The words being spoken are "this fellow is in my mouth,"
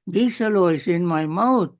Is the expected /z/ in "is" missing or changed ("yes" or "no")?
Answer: yes